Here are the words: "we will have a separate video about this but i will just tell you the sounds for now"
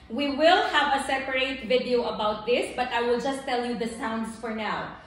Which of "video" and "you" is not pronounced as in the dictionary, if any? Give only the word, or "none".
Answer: none